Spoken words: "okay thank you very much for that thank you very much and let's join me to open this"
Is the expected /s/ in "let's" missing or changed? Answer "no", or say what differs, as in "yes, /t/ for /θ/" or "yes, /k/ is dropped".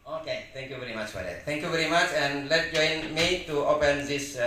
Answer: yes, /s/ is dropped